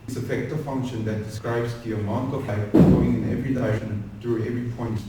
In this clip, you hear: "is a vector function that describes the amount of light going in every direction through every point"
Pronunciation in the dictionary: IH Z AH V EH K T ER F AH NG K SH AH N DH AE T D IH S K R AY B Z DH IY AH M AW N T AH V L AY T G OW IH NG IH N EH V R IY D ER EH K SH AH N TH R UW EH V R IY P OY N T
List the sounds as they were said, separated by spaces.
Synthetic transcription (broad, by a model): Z AH F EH K T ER F AH NG K SH AH N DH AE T D IH S K R AY B Z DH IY AH M AW N T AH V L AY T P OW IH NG IH N EH V R IY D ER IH SH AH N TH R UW EH V R IY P OY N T